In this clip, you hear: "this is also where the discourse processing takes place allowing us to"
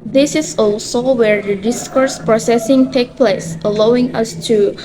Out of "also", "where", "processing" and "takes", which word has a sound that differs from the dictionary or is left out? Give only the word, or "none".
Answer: takes